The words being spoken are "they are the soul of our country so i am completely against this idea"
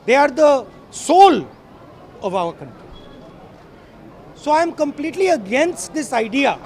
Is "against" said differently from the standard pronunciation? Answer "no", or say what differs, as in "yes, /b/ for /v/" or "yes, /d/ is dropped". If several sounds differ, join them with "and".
no